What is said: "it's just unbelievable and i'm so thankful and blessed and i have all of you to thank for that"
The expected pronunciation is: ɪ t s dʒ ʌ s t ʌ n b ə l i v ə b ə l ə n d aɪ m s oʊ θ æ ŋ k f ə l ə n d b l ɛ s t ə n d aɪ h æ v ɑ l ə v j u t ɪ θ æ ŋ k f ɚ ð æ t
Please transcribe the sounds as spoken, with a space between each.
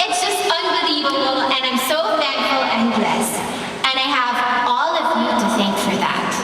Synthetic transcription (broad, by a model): ɪ t s dʒ ʌ s t ʌ n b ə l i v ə b l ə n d aɪ m s oʊ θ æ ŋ f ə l ə n d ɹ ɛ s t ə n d aɪ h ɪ v ɑ l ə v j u t ɪ θ æ ŋ k f ɚ ð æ t